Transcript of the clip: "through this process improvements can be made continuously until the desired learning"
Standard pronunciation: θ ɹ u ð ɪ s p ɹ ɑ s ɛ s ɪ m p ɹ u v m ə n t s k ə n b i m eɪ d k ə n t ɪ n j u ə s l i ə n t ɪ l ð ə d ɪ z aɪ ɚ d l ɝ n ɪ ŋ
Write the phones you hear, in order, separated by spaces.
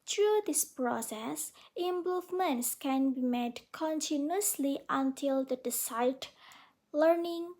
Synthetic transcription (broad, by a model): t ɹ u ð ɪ s p ɹ ɑ s ɛ s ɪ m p u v m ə n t s k ə n b i m eɪ d k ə n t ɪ n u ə s l i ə n t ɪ l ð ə d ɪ s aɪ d l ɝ n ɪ ŋ